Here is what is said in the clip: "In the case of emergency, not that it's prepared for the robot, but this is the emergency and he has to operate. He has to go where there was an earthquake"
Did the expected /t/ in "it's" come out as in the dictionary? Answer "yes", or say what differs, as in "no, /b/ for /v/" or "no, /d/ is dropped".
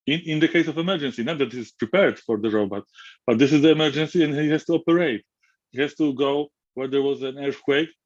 no, /s/ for /t/